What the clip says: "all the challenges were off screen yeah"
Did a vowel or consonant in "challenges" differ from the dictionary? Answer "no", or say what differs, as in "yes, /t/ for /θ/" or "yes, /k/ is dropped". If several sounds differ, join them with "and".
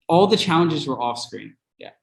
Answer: no